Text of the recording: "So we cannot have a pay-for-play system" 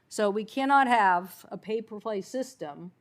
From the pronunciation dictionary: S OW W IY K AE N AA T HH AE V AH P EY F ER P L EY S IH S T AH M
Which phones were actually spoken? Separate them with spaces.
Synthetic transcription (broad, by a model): S OW W IY K AE N AA T HH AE V AH P EY P ER P L EY S IH S T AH M